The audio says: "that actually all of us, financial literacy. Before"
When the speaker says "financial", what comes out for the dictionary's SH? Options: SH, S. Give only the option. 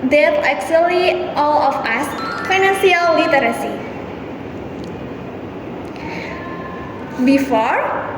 S